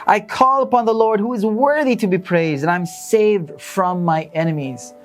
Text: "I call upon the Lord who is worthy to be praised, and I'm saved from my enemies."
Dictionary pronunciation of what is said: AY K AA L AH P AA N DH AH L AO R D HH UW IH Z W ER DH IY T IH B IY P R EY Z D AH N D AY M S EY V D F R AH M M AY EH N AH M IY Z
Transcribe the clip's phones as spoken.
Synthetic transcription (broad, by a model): AY K AA L AH P AA N DH AH L AO R D HH UW IH Z W ER DH IY T IH B IY P R EY Z D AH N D AY M S EY V D F R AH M M AY EH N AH M IY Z